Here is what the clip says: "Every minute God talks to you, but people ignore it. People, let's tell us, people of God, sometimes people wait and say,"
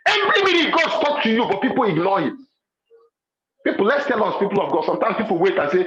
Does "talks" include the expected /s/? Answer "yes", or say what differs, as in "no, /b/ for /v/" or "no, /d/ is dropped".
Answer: no, /s/ is dropped